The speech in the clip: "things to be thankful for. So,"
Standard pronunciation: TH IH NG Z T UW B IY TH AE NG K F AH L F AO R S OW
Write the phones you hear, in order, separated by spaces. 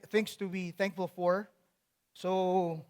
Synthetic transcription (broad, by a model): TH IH NG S T UW B IY TH AE NG K F AH L F AO R S OW